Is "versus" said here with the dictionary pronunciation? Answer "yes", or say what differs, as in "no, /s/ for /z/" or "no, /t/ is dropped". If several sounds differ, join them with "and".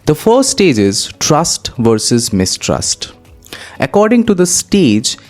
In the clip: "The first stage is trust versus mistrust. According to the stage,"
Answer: yes